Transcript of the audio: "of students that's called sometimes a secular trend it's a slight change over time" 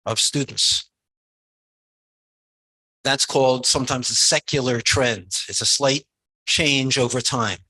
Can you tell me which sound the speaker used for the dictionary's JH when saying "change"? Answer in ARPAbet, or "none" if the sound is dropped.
JH